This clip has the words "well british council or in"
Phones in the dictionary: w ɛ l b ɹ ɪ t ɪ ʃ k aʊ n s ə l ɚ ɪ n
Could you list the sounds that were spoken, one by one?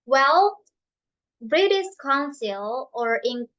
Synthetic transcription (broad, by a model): w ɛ l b ɹ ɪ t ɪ s k aʊ n s ə l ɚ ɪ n